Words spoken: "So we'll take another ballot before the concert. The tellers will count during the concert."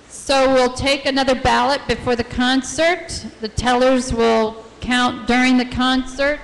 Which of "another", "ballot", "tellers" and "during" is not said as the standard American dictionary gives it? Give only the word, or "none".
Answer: none